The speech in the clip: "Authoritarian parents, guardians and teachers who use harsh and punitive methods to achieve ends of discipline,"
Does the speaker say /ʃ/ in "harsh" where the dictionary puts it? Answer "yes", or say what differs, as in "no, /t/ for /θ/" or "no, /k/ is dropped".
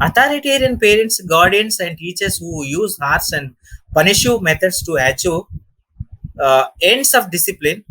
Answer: no, /s/ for /ʃ/